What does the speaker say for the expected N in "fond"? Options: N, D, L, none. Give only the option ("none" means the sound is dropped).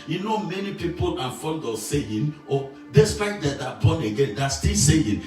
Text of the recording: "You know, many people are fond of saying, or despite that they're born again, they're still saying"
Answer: L